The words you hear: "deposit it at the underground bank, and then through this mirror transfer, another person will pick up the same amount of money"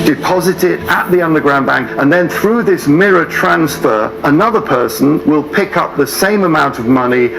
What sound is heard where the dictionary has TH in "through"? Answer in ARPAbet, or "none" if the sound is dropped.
TH